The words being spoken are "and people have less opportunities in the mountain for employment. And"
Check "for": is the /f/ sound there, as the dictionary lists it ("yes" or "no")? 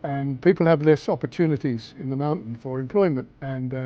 yes